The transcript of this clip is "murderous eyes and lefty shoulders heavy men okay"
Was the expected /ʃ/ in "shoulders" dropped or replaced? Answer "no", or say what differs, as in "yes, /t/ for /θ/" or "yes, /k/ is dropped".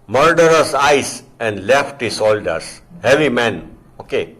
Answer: yes, /s/ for /ʃ/